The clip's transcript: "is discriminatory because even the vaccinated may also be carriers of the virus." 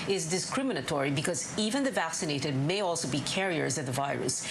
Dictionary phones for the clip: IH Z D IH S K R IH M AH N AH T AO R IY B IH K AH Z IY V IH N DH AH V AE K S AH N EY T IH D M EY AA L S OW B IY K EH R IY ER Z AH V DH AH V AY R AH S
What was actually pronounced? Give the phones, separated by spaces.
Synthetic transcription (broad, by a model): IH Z D IH S K R IH M AH N AH T AO R IY B IH K AH Z IY V IH N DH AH V AE K S AH N EY T IH D M EY AA L S OW B IY K EH R IY ER Z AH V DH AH V AY R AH S